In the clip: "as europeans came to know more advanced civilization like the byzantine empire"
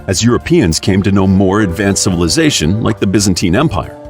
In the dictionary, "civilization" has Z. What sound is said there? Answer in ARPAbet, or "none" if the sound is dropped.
Z